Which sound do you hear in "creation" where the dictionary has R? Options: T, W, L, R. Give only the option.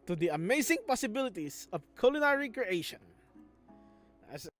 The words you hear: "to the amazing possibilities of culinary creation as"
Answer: R